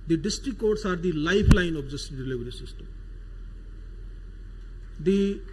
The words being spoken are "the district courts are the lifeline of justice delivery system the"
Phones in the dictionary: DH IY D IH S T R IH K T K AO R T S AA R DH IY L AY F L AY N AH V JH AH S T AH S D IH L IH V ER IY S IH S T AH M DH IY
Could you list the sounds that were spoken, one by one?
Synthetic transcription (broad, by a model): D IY D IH S T R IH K K AO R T S AA R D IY L AY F L AY N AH B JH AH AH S D IH L IH V ER IY S IH S T AH M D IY